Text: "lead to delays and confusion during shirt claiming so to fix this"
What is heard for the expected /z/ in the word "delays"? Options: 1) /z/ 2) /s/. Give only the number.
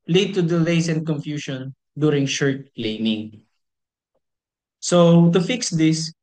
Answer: 2